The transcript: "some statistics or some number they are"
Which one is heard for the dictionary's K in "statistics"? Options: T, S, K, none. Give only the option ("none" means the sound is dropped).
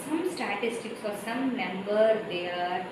K